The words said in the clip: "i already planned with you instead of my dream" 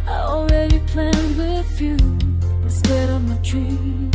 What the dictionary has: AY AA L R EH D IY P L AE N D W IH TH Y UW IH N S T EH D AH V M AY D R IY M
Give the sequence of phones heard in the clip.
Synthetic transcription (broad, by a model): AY AA L R EH D IY P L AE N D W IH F Y UW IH S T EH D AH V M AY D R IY